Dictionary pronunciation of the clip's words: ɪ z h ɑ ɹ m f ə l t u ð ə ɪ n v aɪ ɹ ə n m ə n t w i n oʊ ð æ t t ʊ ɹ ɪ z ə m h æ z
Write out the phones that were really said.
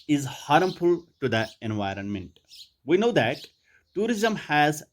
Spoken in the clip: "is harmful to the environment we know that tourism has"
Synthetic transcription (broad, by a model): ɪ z h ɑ ɹ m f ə l t u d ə ɪ n v aɪ ɹ ə n m ə n t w i n oʊ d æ t t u ɹ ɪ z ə m h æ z